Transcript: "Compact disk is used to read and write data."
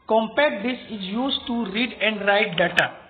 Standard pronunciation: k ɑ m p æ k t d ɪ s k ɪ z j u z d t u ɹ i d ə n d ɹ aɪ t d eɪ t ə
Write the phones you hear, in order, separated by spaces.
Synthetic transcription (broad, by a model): k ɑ m p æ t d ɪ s ɪ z j u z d t u ɹ i d ə n d ɹ aɪ t d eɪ t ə